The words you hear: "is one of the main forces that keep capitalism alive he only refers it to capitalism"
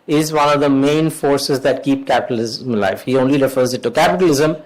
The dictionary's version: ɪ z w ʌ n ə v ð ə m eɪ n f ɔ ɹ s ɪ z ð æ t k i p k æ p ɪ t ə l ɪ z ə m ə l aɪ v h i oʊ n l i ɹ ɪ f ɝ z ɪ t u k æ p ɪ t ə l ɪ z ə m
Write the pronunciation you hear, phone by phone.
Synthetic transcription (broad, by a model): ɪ z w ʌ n ə v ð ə m eɪ n f ɔ ɹ s ɪ z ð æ t k i p k æ p ɪ t ə l ɪ z ə m l aɪ f h i oʊ n l i ɹ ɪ f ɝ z ɪ t u k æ p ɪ t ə l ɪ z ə m